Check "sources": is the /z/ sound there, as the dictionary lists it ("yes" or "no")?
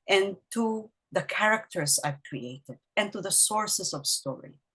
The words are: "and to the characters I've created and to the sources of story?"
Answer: no